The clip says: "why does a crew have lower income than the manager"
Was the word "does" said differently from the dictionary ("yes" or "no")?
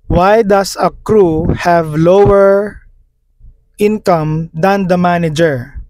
yes